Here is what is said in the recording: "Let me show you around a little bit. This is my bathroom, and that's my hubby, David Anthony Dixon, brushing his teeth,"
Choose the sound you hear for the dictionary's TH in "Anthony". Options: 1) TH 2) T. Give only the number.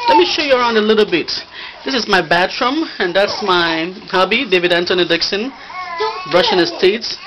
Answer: 2